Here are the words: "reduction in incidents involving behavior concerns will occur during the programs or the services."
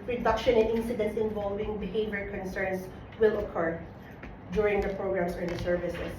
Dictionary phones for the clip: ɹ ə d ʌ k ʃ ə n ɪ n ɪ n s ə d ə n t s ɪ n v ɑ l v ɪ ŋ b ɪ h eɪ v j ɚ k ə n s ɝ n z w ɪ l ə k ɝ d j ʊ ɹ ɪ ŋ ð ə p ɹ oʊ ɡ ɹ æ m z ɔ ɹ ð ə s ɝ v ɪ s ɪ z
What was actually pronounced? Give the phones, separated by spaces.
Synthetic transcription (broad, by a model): ɹ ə d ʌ k ʃ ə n ɪ n ɪ n s ə d ə n t s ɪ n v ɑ l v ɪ ŋ b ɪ h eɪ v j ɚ k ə n s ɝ n s w ɪ l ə k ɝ d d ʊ ɹ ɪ ŋ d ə p ɹ oʊ ɡ ɹ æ m s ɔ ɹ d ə s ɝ v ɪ s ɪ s